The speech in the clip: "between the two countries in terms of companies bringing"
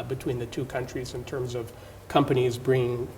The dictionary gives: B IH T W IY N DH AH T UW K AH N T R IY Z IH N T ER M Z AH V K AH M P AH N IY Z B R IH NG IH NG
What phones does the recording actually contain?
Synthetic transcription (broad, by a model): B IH T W IY N DH AH T UW K AH N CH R IY Z IH N T ER M Z AH V K AH M P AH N IY Z B R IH NG IH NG